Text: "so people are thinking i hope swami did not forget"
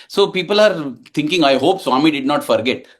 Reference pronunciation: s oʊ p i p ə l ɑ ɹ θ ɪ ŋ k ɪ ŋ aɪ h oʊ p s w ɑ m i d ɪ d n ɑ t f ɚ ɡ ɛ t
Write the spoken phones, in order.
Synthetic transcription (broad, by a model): s oʊ p i p ə l ɑ ɹ t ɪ ŋ k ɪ ŋ aɪ h oʊ p s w ɑ m i d ɪ d n ɑ t f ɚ ɡ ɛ t